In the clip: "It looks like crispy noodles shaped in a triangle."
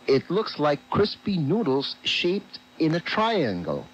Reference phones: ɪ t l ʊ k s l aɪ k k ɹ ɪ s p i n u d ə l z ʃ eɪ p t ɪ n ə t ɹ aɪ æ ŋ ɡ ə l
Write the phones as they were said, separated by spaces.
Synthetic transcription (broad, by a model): ɪ t l ʊ k s l aɪ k k ɹ ɪ s p i n u d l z ʃ eɪ p t ɪ n ə t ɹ aɪ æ ŋ ɡ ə l